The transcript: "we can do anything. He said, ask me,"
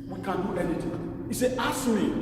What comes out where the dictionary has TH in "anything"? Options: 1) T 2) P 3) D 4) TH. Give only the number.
1